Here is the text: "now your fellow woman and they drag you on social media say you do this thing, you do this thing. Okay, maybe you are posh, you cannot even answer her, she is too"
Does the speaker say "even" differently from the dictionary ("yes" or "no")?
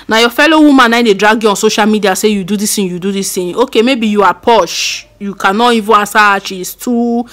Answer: yes